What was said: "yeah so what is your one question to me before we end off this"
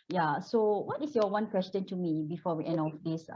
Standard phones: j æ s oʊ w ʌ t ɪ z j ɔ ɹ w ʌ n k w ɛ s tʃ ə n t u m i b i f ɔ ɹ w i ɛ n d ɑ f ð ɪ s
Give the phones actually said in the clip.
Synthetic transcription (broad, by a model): j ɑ s oʊ w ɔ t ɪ s j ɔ w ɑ n k w ɛ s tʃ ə n t u m i b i f ɔ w i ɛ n ɑ f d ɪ s